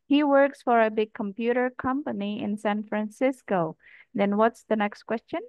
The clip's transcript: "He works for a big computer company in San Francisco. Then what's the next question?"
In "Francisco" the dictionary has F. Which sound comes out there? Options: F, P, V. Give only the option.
F